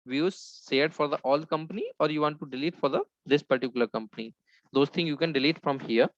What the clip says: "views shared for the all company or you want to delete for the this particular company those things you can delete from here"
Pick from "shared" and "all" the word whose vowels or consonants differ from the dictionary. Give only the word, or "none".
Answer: shared